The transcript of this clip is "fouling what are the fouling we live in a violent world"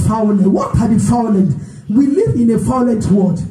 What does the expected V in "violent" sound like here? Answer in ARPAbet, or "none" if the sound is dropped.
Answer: F